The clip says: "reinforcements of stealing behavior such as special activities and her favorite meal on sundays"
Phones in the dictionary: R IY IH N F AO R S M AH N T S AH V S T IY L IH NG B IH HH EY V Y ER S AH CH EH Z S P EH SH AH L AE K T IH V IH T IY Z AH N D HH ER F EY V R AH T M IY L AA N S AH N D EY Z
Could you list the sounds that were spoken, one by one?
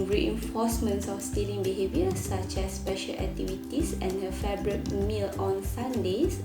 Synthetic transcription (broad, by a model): R IY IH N F AO S M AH N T S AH F S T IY L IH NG B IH HH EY V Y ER S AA CH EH S P EH SH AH L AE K T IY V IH T IY S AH N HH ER F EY B R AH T M IY L AA N S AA N D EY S